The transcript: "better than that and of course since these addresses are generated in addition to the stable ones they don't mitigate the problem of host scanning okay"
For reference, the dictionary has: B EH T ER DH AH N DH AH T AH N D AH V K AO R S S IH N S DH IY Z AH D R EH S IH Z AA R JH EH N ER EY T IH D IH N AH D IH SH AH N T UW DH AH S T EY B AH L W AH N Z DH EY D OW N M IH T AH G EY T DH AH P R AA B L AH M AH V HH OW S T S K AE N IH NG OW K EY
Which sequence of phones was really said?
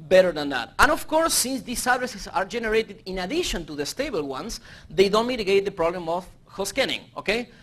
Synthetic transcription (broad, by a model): B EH T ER DH AH N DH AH T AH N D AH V K AO R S S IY N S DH IY S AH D R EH S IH S AA R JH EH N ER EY T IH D IH N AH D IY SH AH N T UW DH AH S T EY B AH L W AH N S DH EY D OW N M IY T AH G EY T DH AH P R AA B L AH M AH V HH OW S S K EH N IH NG OW K EY